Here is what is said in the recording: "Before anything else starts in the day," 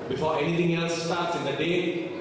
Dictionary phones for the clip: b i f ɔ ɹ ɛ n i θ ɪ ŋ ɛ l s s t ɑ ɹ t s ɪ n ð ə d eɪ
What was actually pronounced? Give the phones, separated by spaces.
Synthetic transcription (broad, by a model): b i f ɔ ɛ n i t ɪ ŋ ɛ l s s t ɑ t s ɪ n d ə d eɪ